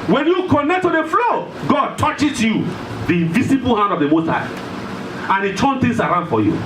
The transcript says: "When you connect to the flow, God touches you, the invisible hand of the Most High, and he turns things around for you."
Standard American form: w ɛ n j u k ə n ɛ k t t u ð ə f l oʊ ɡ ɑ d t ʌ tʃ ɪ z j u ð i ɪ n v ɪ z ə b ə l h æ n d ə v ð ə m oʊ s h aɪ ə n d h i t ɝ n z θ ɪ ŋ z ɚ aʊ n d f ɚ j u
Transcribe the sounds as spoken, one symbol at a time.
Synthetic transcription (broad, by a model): w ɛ n j u k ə n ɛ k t t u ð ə f l oʊ ɡ ɑ d t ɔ tʃ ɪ s j u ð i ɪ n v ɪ s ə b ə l h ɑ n d ə v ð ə m oʊ s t aɪ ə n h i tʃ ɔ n θ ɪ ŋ s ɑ aʊ n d f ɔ j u